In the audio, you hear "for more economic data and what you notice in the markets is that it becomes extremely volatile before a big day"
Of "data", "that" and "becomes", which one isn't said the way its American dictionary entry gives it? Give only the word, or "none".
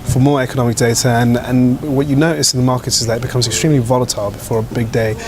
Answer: none